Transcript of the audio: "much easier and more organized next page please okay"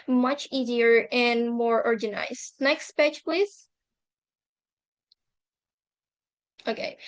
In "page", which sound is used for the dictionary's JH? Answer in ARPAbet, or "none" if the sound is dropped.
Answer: CH